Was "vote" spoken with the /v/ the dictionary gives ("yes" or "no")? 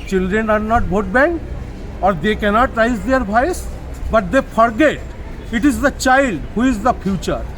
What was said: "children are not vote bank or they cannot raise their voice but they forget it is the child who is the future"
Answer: no